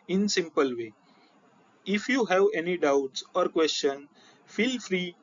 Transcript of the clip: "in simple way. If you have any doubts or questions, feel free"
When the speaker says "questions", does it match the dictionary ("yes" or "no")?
no